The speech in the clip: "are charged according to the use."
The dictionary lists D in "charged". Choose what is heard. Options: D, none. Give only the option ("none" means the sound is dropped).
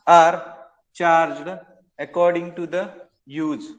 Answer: D